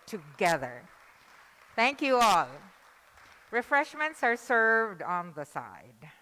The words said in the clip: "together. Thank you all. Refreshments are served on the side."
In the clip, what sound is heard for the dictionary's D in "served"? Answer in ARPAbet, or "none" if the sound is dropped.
D